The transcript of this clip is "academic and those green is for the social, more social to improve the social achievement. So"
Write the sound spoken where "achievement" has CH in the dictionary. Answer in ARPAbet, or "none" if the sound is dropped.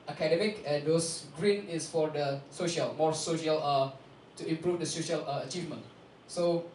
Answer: CH